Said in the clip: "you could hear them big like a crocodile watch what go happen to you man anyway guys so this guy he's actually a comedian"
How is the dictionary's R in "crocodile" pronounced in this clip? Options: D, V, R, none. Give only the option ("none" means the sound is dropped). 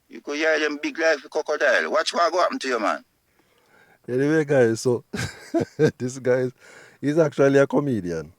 none